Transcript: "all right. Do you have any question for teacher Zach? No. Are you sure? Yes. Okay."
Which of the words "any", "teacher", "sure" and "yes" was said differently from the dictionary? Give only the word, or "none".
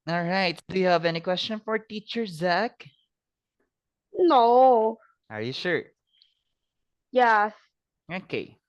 none